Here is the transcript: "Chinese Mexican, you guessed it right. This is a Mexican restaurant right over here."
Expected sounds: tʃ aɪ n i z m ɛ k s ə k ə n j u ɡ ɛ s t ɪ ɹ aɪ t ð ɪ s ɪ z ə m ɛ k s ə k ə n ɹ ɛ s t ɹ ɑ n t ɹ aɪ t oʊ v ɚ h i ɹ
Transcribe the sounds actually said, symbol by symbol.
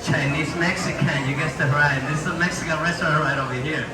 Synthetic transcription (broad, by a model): tʃ aɪ n i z m ɛ k s ə k ə n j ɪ ɡ ɛ s t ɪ ɹ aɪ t ð ɪ s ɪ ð ə m ɛ k s ə k ə n ɹ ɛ s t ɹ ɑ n ɹ aɪ t oʊ v ɚ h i ɹ